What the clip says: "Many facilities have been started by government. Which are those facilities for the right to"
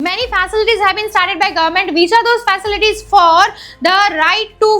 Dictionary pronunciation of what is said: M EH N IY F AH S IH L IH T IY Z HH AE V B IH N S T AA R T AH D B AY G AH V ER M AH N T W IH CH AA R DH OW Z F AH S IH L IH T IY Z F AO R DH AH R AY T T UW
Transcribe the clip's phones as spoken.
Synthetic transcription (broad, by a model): M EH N IY F AH S IH L IH T IY Z HH AE V B IH N S T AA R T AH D B AY G AH V ER M AH N T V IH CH AA R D OW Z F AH S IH L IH T IY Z F AO R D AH R AY T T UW